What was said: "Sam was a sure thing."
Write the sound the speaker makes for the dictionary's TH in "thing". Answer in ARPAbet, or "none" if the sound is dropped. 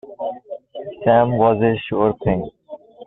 T